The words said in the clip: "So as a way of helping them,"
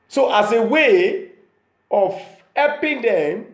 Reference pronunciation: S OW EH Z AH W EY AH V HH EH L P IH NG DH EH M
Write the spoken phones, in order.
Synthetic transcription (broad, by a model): S OW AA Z AH W EY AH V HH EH P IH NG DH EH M